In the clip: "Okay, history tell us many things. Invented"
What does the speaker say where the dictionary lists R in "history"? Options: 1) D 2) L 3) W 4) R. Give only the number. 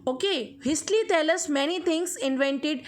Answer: 2